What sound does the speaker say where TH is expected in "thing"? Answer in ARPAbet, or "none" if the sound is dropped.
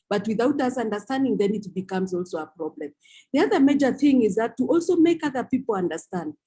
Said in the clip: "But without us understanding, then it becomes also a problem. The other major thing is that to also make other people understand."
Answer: TH